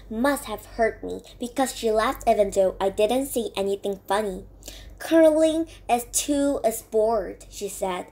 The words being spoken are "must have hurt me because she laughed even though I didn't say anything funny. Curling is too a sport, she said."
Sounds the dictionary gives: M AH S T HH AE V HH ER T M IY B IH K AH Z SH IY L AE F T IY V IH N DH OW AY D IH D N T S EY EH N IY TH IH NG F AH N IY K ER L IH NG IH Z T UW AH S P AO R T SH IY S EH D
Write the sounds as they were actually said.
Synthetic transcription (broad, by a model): M AH S T HH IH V HH ER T M IY B IH K AH Z SH IY L AE F T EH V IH N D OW AY D IH D N T S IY EH N IY TH IH NG F AH N IY K ER L IH NG IH Z T UW AH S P AO R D SH IY S EH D